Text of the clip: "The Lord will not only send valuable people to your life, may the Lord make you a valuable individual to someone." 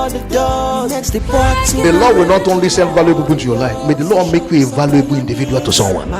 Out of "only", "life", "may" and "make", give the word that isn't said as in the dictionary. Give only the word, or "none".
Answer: none